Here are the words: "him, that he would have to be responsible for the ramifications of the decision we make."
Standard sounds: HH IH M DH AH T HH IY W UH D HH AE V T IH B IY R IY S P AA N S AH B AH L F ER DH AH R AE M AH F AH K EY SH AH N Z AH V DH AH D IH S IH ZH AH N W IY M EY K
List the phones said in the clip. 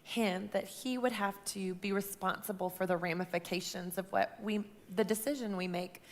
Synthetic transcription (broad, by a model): HH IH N DH AH T HH IY W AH D HH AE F T IH B IY R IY S P AA N S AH B L F ER DH AH R AE M AH F AH K EY SH AH N Z AH V DH AH D IH S IH ZH AH N W IY M EY K